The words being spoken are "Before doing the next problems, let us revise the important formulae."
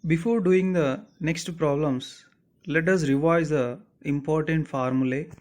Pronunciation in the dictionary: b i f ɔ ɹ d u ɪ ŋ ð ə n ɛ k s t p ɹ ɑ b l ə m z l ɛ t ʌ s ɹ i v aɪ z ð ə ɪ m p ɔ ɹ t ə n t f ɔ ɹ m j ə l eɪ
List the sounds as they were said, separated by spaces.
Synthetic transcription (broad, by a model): b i f ɔ ɹ d u ɪ ŋ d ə n ɛ k s t p ɹ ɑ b l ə m s l ɛ t ʌ s ɹ i v aɪ z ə ɪ m p ɔ ɹ t ə n t f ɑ ɹ m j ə l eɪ